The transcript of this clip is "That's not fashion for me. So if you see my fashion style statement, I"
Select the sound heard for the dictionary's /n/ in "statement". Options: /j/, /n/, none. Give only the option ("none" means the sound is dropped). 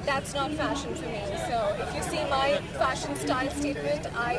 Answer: none